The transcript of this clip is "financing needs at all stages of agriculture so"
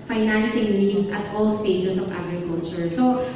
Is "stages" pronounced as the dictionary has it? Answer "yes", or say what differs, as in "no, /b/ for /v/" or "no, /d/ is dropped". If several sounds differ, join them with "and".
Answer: no, /s/ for /z/